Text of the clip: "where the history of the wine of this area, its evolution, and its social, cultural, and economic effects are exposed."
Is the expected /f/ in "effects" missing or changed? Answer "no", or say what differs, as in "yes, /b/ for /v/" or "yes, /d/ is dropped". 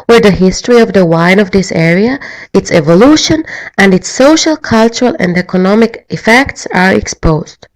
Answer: no